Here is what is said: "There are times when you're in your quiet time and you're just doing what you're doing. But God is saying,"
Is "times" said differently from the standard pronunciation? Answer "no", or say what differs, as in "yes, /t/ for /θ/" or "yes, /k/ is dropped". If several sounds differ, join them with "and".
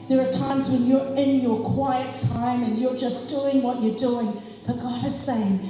no